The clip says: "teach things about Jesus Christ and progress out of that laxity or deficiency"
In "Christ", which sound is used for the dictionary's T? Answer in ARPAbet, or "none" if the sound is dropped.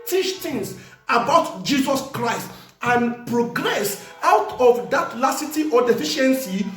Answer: T